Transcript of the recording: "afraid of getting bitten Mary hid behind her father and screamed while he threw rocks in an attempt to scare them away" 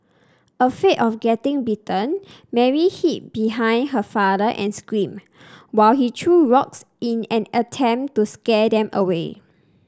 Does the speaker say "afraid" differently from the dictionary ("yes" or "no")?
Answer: yes